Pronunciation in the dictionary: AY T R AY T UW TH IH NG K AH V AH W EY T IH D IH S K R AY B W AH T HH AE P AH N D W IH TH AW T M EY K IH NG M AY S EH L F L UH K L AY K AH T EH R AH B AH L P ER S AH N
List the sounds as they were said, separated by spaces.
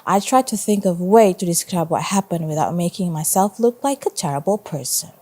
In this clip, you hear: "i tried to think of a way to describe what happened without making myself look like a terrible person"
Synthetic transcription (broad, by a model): AY T R AY T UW TH IH NG K AH V W EY T IH D IH S K R AY B W AH T HH AE P AH N D W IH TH AW T M EY K IH NG M AY S EH L F L UH K L AY K AH T EH R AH B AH L P ER S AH N